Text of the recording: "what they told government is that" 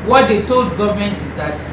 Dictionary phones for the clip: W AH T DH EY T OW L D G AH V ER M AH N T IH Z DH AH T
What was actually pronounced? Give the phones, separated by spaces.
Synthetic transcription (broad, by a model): W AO T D EY T OW L D G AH V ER M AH N T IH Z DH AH T